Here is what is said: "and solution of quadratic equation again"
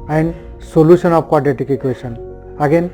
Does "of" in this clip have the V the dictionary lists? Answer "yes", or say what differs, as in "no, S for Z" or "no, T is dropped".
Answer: no, P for V